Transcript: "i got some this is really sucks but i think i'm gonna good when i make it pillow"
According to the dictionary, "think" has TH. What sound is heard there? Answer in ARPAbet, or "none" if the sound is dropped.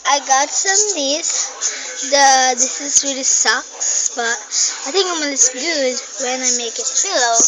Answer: T